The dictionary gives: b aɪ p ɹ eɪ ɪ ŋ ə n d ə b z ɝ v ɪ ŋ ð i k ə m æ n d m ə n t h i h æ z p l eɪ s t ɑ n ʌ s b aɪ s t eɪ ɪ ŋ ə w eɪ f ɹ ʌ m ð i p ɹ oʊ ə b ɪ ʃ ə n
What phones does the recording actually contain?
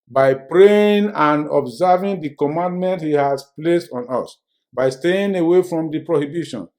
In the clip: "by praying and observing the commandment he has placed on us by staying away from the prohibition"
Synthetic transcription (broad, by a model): b aɪ p ɹ eɪ ɪ ŋ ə n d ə b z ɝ v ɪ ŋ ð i k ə m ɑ n d m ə n t h i h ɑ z p l eɪ s t ɑ n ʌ s b aɪ s t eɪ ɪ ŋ ə w eɪ f ɹ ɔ m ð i p ɹ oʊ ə b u ʃ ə n